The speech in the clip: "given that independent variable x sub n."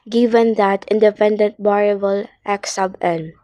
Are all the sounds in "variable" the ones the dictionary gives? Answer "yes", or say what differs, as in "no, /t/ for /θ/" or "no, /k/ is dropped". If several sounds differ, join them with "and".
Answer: no, /b/ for /v/